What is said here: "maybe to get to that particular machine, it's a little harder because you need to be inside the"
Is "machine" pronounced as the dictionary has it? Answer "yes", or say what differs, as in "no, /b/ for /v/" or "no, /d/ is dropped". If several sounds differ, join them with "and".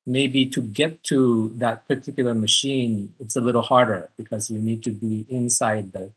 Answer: yes